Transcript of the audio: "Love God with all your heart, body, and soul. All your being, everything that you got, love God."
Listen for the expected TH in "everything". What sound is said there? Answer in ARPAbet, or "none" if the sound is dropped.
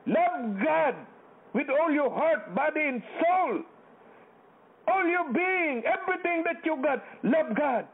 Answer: T